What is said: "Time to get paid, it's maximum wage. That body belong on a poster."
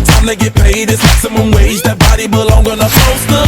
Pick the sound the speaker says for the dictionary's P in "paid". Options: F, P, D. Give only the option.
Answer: P